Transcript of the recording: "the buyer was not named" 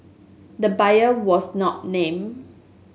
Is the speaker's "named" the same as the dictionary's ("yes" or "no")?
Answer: no